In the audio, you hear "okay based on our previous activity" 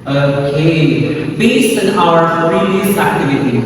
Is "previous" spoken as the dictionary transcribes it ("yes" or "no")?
no